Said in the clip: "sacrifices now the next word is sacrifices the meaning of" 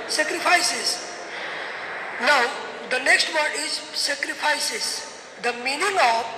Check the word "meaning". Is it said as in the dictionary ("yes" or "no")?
yes